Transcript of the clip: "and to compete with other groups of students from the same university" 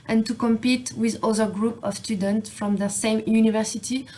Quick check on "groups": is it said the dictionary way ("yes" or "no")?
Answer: no